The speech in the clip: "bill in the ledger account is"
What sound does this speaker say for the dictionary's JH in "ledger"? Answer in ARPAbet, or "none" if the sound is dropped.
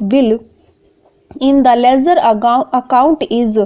Z